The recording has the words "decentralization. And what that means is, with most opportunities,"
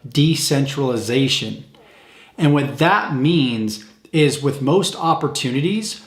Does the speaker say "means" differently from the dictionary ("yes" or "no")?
no